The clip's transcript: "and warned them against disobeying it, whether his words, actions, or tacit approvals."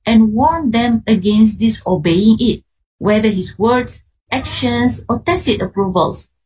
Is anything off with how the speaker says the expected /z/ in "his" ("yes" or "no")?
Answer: yes